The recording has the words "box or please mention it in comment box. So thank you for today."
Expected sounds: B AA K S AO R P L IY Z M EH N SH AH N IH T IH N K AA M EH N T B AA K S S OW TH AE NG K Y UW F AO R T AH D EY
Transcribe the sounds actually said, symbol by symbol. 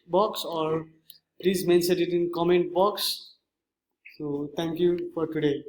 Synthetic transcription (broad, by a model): B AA K S AO R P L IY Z M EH N S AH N IH T IH N K AA M EH N T B AA K S S OW T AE NG K Y UW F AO R T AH D EY